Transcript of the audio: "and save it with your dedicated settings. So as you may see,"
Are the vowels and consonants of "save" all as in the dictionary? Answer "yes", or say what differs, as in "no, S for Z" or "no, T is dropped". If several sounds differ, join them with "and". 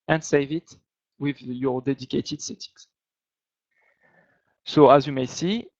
yes